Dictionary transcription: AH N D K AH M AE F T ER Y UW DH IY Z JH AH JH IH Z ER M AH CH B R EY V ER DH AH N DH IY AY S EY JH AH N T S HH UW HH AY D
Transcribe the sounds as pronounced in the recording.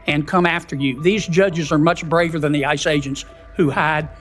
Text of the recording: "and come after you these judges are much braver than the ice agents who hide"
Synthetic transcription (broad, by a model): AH N K AH M AE F T ER Y UW DH IY Z JH AH JH IH Z ER M AH CH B R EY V ER DH AH N DH IY AY S EY JH AH N T S HH UW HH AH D